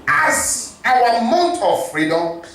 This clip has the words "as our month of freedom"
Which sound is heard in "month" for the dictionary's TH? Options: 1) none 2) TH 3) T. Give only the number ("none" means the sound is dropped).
3